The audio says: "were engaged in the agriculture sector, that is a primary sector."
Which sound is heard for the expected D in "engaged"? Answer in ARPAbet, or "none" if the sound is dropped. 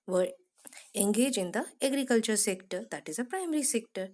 none